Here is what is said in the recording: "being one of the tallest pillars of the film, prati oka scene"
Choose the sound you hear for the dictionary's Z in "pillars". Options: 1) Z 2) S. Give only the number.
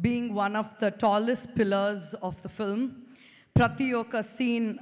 1